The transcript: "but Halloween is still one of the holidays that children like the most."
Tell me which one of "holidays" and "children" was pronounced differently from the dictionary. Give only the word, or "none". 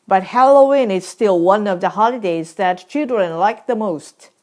none